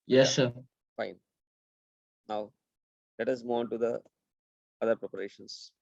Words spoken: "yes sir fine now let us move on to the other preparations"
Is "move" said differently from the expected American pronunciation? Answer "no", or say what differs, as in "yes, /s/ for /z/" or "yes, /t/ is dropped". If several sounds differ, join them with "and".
yes, /v/ is dropped